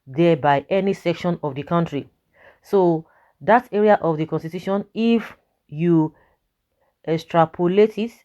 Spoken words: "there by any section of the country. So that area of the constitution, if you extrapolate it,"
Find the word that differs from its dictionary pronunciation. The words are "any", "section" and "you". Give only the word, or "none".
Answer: none